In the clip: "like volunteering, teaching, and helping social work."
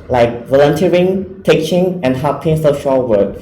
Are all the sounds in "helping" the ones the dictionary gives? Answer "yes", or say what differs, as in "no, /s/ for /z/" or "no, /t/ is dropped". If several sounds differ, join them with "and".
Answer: no, /l/ is dropped